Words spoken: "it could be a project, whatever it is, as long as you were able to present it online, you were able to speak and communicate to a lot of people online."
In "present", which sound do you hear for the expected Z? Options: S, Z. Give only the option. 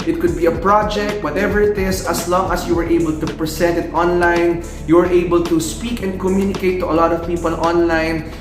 S